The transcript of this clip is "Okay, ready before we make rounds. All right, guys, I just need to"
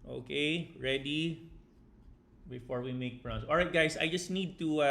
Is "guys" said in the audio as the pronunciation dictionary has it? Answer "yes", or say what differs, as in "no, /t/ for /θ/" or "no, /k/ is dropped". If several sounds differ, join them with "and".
no, /s/ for /z/